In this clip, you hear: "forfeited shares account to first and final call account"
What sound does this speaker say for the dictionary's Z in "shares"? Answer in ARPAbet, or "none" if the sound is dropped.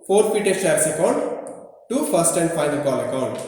S